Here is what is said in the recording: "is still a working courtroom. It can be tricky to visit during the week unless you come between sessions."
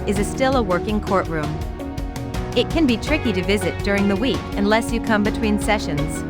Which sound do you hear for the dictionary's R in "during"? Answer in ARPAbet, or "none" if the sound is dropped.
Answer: R